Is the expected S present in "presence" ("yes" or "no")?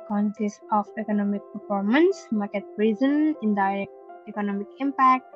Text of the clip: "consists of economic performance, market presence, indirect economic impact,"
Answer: no